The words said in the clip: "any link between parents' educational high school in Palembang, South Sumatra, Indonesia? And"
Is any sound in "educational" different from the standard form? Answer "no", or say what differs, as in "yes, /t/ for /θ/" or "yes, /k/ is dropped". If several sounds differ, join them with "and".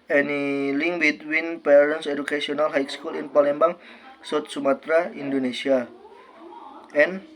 yes, /s/ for /ʃ/